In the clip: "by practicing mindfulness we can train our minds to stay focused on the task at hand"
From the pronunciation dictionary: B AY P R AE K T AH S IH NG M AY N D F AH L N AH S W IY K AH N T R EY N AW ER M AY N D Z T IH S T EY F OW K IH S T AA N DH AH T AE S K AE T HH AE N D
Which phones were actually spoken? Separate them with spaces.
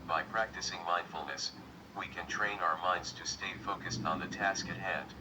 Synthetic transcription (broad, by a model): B AY P R AE K T AH S IH NG M AY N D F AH L N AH S W IY K AH N T R EY N AW ER M AY N D Z T IH S T EY F OW K IH S T N DH AH T AE S K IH T HH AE N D